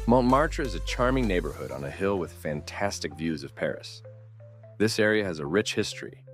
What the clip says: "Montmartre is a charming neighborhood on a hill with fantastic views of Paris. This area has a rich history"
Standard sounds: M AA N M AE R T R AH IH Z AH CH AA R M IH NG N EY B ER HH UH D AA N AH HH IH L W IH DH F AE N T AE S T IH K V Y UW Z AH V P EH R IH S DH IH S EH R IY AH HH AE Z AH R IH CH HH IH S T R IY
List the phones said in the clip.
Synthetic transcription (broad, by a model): M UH N M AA R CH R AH IH Z AH CH AA R M IH NG N EY B ER HH UH D N AH HH IH L W IH DH F AE N T AE S T IH K V Y UW Z AH V P EH R IH S DH IH S EH R IY AH Z AH R IH CH HH IH S T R IY